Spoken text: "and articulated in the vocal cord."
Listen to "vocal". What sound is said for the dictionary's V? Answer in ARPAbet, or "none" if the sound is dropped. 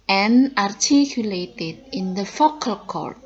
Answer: F